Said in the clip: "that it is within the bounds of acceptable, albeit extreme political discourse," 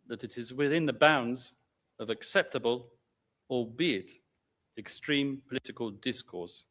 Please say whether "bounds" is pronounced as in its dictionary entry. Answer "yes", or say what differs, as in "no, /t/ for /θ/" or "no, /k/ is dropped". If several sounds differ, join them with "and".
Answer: yes